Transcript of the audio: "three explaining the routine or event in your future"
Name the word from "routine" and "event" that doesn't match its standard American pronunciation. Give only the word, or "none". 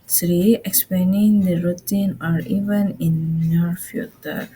event